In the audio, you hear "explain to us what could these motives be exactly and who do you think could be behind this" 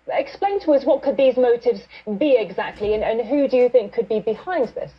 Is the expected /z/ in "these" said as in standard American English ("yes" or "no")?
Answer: yes